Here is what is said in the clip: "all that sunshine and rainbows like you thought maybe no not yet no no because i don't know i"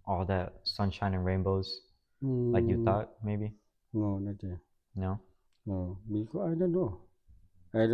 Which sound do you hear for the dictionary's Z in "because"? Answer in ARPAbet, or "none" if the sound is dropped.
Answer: none